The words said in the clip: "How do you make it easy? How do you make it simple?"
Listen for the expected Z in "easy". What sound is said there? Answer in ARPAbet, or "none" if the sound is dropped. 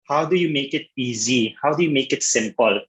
Z